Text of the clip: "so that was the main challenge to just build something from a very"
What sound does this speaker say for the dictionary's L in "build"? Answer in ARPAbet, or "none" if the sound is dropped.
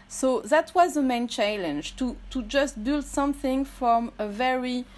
L